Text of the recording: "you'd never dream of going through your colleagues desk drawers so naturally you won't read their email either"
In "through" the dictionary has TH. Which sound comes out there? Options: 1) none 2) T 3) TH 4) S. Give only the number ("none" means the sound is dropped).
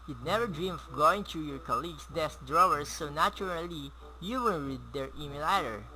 2